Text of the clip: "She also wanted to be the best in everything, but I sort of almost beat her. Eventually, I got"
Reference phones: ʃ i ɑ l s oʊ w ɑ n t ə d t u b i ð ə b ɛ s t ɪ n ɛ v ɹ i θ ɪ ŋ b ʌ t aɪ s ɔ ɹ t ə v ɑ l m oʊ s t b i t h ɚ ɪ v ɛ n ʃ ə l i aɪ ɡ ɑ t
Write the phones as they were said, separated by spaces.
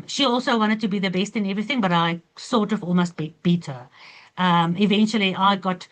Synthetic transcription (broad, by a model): ʃ i ɑ l s oʊ w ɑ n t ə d t u b i ð ə b ɛ s t ɪ n ɛ v ɹ i θ ɪ ŋ b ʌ t aɪ s ɔ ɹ t ə v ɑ l m oʊ s t b i t h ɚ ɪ v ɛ n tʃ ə l i aɪ ɡ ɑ t